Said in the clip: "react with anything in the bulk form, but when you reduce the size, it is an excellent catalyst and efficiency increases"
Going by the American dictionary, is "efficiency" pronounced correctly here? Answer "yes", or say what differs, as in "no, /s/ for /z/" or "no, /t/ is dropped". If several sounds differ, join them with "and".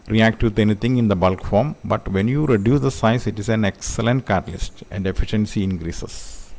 yes